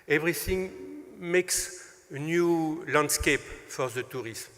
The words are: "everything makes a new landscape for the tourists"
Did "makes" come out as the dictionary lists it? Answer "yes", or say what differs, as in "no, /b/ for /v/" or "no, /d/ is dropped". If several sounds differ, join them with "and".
yes